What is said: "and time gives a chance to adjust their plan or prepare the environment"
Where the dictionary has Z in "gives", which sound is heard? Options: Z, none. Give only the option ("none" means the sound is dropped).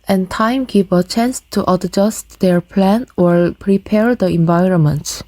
none